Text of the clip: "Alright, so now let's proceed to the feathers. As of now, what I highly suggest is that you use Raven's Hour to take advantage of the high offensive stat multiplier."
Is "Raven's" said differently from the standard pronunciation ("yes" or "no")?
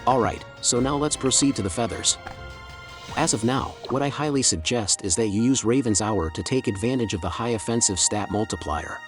no